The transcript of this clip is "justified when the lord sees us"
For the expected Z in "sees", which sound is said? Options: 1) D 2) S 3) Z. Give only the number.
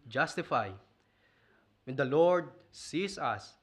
2